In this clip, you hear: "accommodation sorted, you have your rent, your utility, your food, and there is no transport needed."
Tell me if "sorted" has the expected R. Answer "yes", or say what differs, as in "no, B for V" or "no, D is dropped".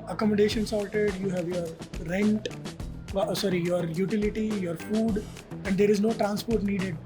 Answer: no, L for R